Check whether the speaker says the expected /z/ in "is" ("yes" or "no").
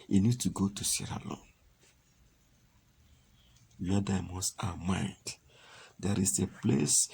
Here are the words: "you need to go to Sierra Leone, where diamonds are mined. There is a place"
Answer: no